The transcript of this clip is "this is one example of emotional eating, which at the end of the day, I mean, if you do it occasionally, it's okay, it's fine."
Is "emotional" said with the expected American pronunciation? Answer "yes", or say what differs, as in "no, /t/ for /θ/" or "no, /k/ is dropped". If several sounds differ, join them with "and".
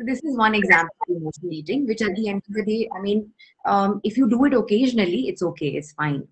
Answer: no, /n/ is dropped and /n/ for /l/